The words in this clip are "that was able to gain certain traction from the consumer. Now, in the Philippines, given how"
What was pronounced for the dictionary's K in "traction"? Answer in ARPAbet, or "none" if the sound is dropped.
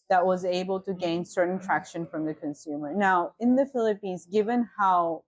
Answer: K